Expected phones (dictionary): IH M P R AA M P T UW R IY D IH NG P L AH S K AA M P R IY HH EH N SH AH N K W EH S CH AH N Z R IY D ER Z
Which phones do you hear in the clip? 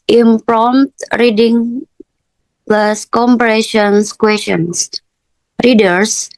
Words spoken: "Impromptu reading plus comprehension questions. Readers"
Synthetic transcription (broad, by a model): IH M P R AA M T R IY D IH NG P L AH S K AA M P IY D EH SH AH N K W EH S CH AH N S R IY D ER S